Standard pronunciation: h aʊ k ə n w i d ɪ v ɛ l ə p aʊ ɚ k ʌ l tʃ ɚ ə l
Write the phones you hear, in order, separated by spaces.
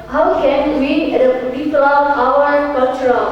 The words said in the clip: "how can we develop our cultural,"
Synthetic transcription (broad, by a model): h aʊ k ə n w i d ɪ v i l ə aʊ ɚ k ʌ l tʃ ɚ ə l